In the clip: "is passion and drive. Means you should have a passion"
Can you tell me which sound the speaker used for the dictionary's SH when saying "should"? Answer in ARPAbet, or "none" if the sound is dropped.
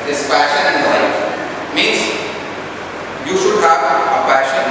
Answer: SH